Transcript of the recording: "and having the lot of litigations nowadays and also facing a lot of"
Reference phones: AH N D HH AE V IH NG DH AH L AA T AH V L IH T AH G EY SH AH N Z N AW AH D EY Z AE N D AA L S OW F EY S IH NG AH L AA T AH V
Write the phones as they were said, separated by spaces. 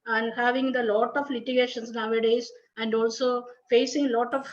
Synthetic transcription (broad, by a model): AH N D HH AE V IH NG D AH L AA T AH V L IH T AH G EY SH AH N S N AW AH D EY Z AE N D AA L S OW F EY S IH NG L AA T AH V